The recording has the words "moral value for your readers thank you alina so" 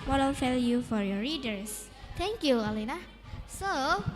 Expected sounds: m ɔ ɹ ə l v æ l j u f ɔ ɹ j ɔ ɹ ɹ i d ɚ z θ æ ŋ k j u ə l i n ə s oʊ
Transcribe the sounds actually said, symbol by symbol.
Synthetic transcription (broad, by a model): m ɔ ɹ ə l f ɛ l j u f ɔ ɹ j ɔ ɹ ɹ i d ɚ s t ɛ ŋ k j u ə l i n ə s oʊ